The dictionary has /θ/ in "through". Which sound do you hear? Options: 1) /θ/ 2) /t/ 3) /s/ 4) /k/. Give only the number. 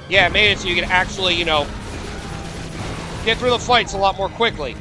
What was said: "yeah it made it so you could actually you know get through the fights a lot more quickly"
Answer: 1